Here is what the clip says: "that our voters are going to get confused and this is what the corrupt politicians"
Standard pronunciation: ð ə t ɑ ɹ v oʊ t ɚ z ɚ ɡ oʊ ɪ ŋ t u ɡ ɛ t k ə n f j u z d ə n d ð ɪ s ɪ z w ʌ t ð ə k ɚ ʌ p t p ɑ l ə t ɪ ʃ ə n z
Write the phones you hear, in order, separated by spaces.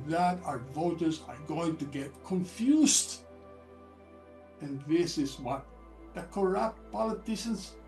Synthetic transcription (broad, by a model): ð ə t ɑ ɹ v oʊ t ɚ z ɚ ɡ oʊ ɪ ŋ t u ɡ ɛ t k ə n f j u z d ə n ð ɪ s ɪ z w ʌ t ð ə k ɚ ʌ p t p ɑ l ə t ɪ ʃ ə n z